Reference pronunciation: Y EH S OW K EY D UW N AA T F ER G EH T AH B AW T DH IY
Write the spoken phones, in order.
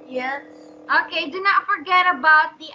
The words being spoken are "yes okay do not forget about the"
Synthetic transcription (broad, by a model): Y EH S OW K EY D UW N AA T F ER G EH T AH B AW T DH IY